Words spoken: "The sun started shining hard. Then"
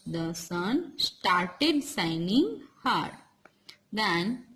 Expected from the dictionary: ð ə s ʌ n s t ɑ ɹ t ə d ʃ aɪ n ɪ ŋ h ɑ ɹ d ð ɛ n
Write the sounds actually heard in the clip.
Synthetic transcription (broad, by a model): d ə s ʌ n s t ɑ ɹ t ə d s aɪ n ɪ ŋ h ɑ ɹ d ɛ n